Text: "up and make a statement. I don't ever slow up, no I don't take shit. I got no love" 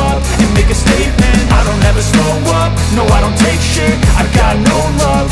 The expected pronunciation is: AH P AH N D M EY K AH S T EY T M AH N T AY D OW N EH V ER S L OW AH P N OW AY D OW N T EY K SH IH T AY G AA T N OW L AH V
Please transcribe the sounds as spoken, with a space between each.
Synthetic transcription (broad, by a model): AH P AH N M EY K AH S T EY T M AH N T AY D OW N EH V ER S OW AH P N OW AY D OW N T EY K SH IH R AY G AA T N OW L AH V